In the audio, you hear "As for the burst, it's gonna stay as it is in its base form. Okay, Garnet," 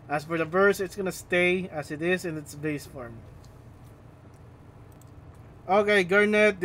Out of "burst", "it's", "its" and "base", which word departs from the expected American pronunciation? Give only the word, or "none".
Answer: burst